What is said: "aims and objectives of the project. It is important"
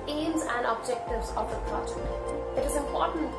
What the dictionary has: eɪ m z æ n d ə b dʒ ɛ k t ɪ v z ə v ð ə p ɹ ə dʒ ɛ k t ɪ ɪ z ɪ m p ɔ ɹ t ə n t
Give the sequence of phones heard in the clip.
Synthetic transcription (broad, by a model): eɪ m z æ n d ə b dʒ ɛ k t ɪ v z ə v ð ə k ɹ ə tʃ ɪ t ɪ ɪ z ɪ m p ɔ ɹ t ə n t